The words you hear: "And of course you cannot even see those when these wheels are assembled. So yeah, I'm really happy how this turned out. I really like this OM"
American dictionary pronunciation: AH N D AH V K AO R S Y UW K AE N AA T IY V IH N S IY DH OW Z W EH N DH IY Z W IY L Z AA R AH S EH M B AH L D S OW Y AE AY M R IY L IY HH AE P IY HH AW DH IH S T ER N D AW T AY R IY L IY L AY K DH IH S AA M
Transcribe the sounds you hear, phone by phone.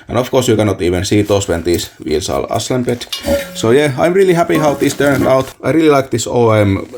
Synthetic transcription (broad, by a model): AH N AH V K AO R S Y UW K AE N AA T IY V IH N S IY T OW S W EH N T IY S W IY L S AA L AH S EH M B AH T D S OW Y AE AY M R IY L IY HH AE P IY HH AW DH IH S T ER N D AW T AY R IY L IY L AY K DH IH S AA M